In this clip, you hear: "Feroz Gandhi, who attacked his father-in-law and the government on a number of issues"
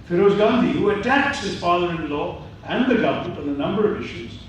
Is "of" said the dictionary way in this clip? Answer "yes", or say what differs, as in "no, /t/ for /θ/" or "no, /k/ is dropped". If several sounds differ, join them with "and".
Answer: yes